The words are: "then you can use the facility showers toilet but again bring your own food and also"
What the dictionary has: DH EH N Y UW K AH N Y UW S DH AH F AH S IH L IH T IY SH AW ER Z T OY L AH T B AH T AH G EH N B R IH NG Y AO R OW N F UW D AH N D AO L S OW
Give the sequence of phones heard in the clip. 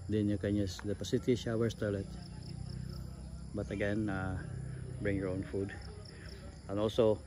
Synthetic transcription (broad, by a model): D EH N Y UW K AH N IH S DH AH P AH S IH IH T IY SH AW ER S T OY L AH T B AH T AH G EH N B R IH NG Y AO R OW N F UW D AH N AO L S OW